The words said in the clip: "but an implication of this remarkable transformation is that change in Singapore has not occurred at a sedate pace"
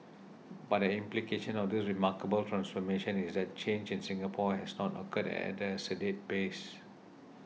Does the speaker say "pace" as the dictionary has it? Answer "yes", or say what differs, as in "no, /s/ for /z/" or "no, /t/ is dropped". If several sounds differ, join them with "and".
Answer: no, /b/ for /p/